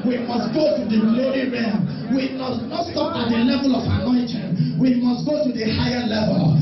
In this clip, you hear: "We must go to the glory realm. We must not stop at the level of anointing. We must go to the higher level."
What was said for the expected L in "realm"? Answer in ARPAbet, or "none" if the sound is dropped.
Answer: none